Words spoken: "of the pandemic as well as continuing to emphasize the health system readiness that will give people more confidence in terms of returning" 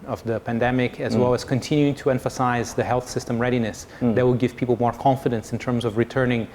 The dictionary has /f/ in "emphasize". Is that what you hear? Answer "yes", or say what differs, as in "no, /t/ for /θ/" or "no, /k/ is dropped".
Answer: yes